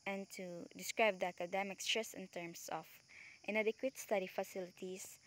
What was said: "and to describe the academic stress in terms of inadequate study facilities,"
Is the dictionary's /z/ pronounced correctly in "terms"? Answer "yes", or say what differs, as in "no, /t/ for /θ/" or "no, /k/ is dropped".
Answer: no, /s/ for /z/